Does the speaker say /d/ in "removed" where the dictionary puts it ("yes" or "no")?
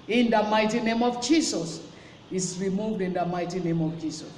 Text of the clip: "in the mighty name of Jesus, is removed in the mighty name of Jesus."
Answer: yes